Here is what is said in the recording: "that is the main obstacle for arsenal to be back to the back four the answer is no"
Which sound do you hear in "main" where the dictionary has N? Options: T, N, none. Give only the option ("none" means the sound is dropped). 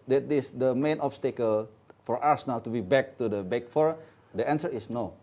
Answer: N